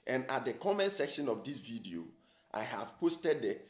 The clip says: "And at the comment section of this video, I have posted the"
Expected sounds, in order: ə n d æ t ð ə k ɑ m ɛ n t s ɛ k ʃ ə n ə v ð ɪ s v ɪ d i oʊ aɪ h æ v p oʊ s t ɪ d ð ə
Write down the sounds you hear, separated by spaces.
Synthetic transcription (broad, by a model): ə n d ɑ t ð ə k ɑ m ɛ n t s ɛ k ʃ ə n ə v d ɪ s v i d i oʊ aɪ h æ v p oʊ s t ɪ d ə